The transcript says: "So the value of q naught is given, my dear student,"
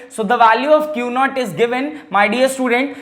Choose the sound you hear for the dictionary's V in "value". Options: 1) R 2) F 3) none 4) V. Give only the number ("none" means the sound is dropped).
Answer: 4